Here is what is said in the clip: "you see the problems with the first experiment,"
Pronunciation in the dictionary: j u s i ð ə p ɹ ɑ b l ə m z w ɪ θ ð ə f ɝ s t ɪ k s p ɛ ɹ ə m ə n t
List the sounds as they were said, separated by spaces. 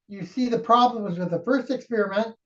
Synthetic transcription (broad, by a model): j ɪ s i ð ə p ɹ ɑ b l ə m z w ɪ ð ə f ɝ s t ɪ k s p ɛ ɹ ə m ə n t